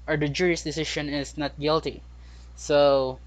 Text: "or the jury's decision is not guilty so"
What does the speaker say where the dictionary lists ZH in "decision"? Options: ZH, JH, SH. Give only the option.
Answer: SH